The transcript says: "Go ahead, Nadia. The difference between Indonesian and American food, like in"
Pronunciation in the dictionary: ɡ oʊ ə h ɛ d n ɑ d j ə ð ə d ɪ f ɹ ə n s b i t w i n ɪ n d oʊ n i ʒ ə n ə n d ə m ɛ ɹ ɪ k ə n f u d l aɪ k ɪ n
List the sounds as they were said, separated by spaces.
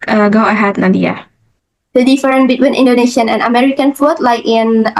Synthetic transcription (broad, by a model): ɡ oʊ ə h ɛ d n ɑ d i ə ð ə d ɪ f ɹ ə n b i t w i n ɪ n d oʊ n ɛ ʃ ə n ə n ə m ɛ ɹ ɪ k ə n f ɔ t l aɪ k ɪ n